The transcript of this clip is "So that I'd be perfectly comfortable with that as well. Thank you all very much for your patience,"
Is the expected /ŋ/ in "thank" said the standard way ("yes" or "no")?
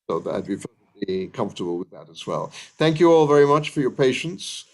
yes